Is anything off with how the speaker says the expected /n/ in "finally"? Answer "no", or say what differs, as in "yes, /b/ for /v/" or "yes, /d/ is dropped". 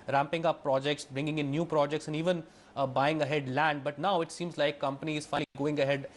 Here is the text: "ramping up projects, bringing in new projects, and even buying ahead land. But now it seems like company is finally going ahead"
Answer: yes, /n/ is dropped